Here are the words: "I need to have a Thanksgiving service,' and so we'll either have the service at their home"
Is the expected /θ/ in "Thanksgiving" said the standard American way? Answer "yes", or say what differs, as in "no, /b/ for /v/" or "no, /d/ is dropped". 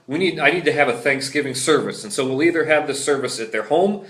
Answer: yes